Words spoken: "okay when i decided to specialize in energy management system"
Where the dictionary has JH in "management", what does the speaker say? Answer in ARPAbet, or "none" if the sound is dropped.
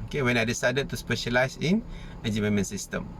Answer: none